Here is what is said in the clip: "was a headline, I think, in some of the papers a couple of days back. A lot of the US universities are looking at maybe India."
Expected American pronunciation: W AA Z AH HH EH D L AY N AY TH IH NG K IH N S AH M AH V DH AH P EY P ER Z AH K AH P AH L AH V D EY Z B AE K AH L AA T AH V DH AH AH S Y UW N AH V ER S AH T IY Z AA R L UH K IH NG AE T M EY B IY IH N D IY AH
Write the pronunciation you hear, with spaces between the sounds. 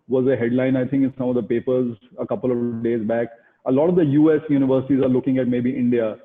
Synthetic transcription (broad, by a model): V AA Z AH HH EH D L AY N AY T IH NG K IH N S AH M AH V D AH P EY P ER Z AH K AH P AH L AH D EY Z B AE K AH L AA T AH V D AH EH S Y UW N AH V ER S AH T IY Z AA R L UH K IH NG AE T M EY B IY IH N D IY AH